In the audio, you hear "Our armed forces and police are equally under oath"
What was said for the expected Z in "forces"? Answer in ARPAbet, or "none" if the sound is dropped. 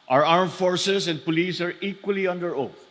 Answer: S